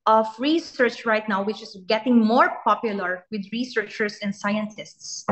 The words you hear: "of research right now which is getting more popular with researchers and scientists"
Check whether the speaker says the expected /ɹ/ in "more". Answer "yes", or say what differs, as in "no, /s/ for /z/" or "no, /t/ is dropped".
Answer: yes